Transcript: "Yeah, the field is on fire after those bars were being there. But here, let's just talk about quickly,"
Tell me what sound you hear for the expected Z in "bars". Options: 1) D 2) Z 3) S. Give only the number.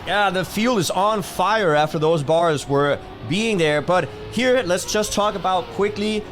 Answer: 2